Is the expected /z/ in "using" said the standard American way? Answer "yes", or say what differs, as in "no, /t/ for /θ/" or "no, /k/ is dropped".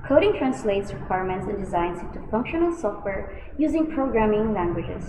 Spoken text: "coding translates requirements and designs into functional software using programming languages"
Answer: yes